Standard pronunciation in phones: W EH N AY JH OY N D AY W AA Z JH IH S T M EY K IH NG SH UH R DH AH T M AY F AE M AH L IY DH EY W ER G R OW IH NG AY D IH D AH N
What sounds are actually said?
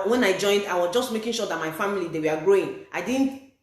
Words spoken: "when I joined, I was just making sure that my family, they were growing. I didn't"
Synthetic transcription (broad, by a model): W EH N AY JH OY N D AY W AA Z JH IH S T M EY K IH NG SH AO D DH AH T M AY F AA M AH L IY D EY W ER G R OW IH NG AY D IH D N